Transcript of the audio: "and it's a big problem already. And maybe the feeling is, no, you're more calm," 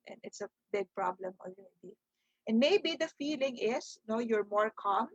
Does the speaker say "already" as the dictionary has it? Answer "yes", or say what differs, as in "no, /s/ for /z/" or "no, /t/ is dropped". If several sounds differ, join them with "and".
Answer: no, /l/ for /ɹ/